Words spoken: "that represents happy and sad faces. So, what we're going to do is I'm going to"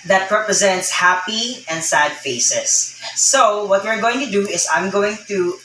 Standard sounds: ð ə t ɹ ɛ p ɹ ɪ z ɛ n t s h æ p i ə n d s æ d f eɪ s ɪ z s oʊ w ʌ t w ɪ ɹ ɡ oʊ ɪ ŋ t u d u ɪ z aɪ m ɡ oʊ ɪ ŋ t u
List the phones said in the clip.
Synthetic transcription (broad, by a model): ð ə t ɹ ɛ p ɹ ɪ z ɛ n t s h æ p i ə n d s æ d f eɪ s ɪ s oʊ w ʌ t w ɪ ɹ ɡ oʊ ɪ ŋ t u d u ɪ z aɪ m ɡ oʊ ɪ ŋ t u